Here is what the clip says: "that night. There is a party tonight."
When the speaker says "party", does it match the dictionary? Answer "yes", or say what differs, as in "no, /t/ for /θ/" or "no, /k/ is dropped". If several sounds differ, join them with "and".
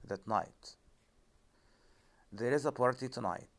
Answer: yes